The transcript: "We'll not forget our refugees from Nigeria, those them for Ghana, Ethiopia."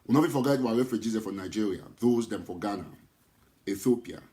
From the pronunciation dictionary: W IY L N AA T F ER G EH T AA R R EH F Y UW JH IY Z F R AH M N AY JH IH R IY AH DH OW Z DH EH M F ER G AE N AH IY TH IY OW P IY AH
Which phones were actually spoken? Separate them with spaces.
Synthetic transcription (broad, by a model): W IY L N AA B F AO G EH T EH W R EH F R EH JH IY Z F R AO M N AY JH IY R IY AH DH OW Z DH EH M F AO G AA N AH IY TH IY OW P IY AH